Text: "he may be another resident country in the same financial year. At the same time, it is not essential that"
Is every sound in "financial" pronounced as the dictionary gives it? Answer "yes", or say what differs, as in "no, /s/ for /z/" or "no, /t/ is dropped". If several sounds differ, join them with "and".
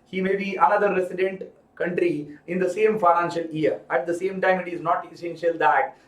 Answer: yes